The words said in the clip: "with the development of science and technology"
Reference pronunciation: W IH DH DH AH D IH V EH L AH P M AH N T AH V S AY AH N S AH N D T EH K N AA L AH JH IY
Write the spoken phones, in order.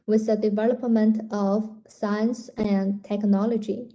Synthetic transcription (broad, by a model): W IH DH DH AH D IH V EH L AH P M AH N T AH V S AY AH N S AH N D T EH K N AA L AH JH IY